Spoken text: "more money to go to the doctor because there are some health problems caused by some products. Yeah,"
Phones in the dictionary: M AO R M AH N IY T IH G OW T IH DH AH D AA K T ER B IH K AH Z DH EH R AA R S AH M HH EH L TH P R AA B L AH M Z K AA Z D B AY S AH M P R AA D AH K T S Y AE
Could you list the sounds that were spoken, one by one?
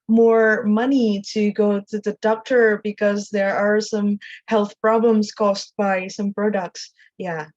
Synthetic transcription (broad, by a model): M AO R M AH N IY T IH G OW T IH DH AH D AA K T ER B IH K AH Z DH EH R AA R S AH M HH EH L TH P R AA B L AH M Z K AA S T B AY S AH M P R AA D AH K T S Y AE